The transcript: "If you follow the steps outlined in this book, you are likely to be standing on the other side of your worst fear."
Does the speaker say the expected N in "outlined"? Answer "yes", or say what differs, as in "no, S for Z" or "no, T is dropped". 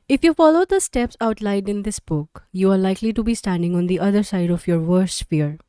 no, N is dropped